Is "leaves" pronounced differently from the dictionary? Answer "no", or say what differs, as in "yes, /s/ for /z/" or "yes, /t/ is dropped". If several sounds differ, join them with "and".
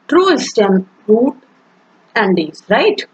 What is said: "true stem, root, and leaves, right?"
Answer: yes, /v/ is dropped